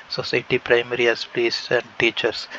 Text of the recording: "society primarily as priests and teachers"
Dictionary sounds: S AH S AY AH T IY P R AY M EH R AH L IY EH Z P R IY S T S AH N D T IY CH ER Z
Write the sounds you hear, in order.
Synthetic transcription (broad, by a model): S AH S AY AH T IY P R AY M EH R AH IY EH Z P L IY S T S AH N D T IY CH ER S